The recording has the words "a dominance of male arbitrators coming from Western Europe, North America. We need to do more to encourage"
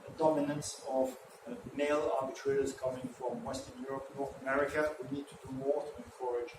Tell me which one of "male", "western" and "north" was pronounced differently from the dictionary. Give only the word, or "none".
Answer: none